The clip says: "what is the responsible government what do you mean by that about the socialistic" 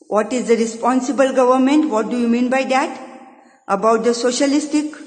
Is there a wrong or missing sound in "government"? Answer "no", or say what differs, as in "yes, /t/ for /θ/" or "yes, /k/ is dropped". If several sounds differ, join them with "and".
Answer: no